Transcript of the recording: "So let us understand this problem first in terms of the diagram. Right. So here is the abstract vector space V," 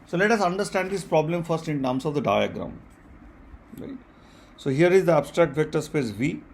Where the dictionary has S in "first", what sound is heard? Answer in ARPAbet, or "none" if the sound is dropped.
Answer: S